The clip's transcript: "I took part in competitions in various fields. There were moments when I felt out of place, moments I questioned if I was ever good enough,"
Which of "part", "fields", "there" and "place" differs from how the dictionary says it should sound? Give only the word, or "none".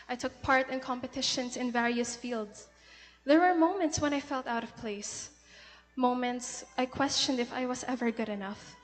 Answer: fields